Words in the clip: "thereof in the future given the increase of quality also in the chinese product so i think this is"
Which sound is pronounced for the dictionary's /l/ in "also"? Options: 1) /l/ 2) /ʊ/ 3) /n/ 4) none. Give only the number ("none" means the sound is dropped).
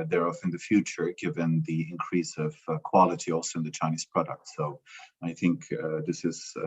1